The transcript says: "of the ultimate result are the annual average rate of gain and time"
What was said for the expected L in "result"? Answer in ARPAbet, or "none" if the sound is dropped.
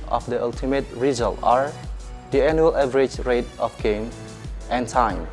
L